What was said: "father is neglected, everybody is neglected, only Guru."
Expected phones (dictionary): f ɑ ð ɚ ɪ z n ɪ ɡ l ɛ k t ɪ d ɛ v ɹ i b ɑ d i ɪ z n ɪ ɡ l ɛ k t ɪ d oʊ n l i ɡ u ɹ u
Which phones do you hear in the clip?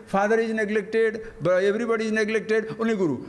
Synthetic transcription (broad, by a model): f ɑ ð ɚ ɪ z n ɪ ɡ l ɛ k t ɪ d ɛ v ɹ i b ɑ d i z n ɪ ɡ l ɛ k t ɪ d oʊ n i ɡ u ɹ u